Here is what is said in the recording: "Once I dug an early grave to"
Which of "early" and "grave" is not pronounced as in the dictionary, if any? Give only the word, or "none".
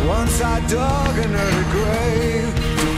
early